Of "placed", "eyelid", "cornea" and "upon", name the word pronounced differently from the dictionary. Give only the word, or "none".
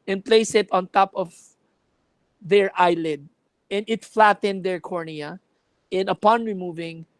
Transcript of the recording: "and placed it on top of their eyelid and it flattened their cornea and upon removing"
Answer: placed